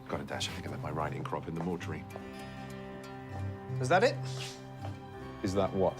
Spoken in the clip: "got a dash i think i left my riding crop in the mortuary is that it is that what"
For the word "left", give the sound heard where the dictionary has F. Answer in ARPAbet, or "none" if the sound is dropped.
none